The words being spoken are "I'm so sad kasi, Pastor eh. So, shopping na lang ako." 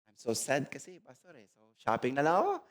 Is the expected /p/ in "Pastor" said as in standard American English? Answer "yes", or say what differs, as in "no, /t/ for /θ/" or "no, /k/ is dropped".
no, /b/ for /p/